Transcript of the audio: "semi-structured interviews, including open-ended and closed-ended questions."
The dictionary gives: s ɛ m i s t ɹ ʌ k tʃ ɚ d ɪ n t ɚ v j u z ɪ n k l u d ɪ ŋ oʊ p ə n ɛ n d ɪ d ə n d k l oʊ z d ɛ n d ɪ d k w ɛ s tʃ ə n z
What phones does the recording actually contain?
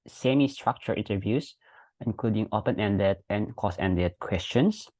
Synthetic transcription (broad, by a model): s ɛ m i s t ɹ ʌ k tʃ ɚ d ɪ n t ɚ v j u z ɪ n k l u d ɪ ŋ oʊ p ə n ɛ n d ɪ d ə n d k oʊ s ɛ n d ɪ d k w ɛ s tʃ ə n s